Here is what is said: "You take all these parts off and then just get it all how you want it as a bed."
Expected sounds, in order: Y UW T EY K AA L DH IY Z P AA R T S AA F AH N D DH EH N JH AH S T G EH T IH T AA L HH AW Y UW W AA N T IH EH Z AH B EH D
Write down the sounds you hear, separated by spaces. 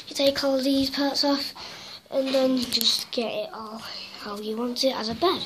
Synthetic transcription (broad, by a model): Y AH T EY K AA L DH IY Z P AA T S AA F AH N DH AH N JH AH S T G EH T IH T AA L HH AW Y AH W AA N T IH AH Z AH B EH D